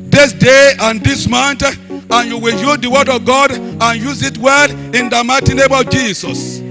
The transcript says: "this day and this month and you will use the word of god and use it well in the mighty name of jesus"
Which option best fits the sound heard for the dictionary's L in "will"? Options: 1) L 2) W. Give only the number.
1